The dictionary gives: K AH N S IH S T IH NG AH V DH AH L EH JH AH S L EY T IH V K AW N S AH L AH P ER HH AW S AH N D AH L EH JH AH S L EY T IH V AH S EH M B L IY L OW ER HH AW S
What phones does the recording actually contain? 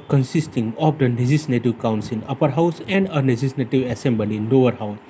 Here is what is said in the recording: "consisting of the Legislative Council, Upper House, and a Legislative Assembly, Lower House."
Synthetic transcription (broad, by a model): K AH N S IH S T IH NG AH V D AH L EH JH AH S N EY T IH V K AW N S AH N AH P ER HH AW S AH N D AH N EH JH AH S N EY T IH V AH S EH M B L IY N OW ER HH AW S